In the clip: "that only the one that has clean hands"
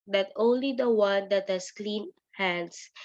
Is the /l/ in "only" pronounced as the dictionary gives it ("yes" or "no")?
yes